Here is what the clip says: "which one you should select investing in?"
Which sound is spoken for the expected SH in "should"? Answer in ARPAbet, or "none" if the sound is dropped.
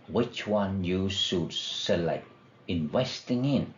S